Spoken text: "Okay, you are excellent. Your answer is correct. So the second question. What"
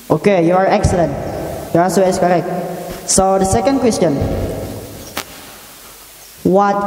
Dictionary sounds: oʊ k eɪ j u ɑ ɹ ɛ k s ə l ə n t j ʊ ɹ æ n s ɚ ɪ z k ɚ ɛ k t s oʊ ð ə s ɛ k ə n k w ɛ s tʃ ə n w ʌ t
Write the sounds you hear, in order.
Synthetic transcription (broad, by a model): oʊ k eɪ j u ɑ ɹ ɛ k s ə l ə n t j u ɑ s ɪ s k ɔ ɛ k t s oʊ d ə s ɛ k ə n k w ɛ s tʃ ə n w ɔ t